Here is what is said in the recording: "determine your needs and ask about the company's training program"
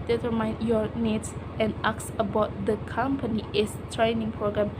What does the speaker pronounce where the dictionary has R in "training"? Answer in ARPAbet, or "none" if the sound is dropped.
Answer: R